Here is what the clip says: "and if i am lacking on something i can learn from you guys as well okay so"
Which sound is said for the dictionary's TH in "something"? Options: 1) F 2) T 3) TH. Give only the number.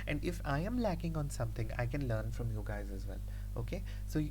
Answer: 2